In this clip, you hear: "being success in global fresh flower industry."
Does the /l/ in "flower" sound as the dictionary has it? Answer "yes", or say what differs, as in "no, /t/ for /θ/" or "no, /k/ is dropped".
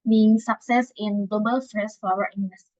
no, /l/ is dropped